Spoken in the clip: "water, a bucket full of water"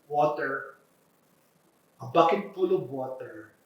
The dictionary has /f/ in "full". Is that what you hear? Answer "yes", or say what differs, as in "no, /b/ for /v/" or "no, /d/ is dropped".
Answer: no, /p/ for /f/